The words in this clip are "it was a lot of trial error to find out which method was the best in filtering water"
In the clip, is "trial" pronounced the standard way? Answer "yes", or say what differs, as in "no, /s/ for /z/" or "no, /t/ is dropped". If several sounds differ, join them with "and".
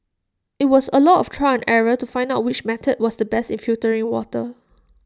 no, /n/ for /l/